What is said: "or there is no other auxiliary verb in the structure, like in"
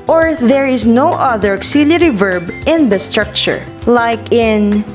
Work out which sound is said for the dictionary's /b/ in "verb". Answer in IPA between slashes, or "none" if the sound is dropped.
/b/